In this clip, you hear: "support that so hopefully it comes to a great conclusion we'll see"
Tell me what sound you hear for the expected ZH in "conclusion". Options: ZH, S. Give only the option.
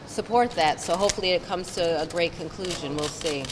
ZH